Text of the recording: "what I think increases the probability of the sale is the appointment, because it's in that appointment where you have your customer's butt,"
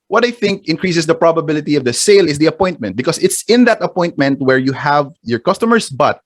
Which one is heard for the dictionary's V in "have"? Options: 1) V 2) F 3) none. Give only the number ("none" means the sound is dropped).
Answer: 1